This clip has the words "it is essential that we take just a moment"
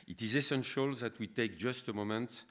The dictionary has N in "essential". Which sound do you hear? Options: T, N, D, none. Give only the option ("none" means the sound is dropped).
N